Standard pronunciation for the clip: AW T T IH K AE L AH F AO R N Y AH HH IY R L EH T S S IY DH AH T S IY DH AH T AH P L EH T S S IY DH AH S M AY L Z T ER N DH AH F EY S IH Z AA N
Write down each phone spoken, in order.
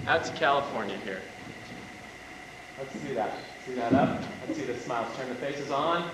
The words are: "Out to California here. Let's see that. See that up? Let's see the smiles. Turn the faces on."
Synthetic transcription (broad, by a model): AW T T IH K AE L AH F AO R N Y AH HH IY R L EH T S S IY DH AH T S IY DH AH T AH P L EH T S S IY DH AH S M AY L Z T ER N DH AH F EY S IH Z N